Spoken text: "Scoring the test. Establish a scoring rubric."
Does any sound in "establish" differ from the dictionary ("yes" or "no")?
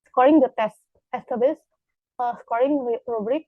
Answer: yes